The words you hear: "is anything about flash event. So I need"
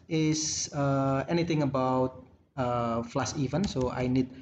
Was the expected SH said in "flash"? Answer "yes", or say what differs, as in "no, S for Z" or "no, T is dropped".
no, S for SH